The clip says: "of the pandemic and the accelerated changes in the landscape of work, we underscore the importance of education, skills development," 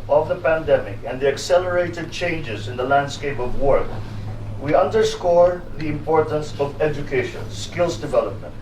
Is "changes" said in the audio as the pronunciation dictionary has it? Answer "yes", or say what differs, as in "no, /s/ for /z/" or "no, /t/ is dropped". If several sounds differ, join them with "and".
yes